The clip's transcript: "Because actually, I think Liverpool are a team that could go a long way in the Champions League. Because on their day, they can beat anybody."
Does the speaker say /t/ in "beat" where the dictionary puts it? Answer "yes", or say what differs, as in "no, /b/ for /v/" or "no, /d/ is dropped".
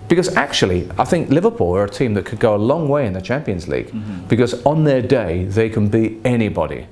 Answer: no, /t/ is dropped